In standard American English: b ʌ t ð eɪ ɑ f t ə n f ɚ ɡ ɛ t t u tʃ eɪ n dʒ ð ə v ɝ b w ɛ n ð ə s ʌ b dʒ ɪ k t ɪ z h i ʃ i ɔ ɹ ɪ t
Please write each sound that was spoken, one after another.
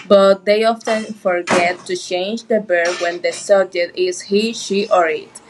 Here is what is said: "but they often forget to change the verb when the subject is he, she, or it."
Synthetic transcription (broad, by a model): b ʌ t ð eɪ ɑ f t ə n f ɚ ɡ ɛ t t u tʃ eɪ n dʒ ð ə b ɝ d w ɛ n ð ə s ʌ dʒ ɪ t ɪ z h i ʃ i ɔ ɹ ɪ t